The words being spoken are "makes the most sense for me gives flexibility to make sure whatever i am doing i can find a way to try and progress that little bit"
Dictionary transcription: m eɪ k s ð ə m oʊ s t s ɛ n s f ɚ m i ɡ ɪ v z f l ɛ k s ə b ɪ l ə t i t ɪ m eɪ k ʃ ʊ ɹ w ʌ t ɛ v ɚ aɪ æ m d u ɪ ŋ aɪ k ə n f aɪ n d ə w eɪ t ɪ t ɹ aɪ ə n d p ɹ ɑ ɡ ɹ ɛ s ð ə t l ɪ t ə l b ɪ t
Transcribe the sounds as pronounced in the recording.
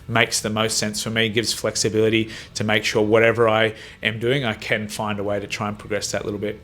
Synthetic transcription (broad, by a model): m eɪ k s ð ə m oʊ s t s ɛ n s f ɚ m i ɡ ɪ v z f l ɛ k s ə b ɪ l ə t i t ɪ m eɪ k ʃ ʊ ɹ w ʌ t ɛ v ɚ aɪ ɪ m d u ɪ ŋ aɪ k ə n f aɪ n d ə w eɪ t ɪ t ɹ aɪ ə n p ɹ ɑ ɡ ɹ ɛ s ð ə t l ɪ t l b ɪ t